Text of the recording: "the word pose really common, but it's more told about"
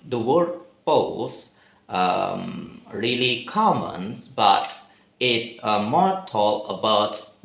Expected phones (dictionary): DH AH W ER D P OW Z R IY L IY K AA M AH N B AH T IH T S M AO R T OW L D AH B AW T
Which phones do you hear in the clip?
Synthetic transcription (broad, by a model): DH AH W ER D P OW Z R IY L IY K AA M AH N B AH T IH T S M AO R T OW L AH B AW T